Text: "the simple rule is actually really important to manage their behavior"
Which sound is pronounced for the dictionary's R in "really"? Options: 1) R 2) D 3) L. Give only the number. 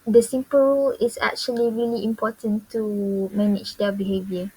1